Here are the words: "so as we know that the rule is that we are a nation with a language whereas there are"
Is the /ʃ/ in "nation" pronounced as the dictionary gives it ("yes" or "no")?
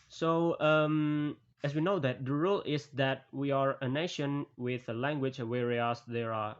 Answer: yes